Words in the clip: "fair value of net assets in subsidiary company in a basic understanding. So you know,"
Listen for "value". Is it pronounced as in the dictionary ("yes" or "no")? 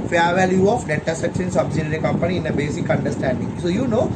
yes